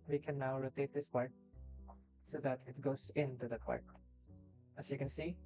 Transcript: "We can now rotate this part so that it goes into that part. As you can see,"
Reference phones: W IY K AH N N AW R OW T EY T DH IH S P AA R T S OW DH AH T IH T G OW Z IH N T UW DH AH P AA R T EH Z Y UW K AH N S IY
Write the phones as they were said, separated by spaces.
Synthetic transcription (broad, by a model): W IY K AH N N AW R OW T EY T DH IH S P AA R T S OW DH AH T IH T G OW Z IH N T UW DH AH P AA R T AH S Y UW K AH N S IY